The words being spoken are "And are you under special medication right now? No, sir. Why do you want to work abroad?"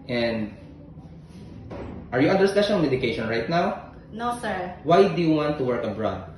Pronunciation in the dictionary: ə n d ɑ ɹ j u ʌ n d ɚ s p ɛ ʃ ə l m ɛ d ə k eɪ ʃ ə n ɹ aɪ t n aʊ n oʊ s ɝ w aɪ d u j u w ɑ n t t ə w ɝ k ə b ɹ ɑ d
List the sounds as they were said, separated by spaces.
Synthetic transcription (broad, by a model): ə n d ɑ ɹ j u ʌ n d ɚ s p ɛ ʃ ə n m ɛ d ə k eɪ ʃ ə n ɹ aɪ t n aʊ n oʊ s ɝ w aɪ d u j u w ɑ n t t ə w ɝ k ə b ɹ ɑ d